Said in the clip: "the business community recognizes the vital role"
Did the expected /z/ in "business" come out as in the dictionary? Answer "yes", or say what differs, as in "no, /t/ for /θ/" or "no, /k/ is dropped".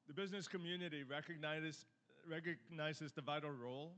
yes